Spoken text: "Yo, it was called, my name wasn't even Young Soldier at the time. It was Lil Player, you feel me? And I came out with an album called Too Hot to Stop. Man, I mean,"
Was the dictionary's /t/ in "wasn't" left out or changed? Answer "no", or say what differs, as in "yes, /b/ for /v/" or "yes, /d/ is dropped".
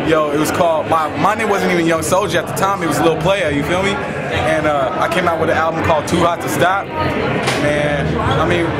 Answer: no